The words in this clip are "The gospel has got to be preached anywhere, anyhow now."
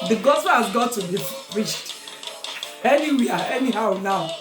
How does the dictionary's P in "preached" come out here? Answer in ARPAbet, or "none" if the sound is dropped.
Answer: F